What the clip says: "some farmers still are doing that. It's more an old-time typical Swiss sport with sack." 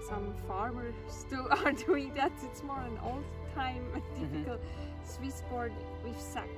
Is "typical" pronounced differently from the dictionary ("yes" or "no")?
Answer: yes